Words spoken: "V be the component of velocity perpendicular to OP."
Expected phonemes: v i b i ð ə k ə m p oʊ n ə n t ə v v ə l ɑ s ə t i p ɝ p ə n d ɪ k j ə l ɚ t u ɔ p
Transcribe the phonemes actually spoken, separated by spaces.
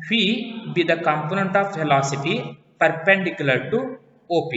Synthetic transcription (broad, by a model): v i b i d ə k ə m p oʊ n ə n t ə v f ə l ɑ s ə t i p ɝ p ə n d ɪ k j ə l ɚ t u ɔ p